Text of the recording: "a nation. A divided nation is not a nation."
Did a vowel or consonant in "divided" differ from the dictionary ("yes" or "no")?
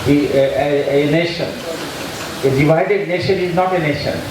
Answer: no